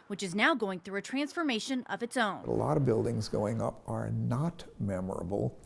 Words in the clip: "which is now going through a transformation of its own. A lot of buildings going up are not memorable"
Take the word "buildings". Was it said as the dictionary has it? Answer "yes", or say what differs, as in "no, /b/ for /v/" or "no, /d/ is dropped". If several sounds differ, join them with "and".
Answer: yes